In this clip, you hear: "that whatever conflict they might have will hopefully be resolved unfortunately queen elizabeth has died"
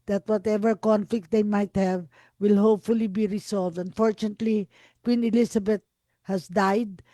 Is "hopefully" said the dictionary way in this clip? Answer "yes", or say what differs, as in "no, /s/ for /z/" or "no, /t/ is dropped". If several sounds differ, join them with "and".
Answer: yes